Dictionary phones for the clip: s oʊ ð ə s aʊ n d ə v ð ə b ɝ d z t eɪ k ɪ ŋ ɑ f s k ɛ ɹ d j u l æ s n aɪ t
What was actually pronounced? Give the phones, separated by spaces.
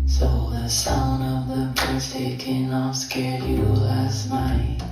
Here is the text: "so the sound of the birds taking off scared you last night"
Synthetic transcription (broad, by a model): s oʊ ð ə s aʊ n ə v ð ə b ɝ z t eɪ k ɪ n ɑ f s k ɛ ɹ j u l æ s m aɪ